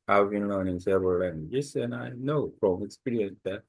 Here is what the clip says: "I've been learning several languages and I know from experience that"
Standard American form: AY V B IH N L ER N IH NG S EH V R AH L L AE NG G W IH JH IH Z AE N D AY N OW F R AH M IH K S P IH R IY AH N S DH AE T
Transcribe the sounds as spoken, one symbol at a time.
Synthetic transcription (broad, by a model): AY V B IH N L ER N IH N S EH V AH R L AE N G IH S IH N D AY N OW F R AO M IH K S P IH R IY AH N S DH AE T